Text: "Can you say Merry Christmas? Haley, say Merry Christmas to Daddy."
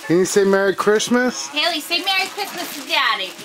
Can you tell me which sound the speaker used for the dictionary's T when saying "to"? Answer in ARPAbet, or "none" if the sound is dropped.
S